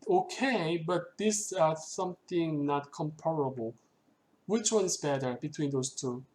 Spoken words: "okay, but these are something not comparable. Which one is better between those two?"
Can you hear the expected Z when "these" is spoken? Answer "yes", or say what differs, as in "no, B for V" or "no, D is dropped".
no, S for Z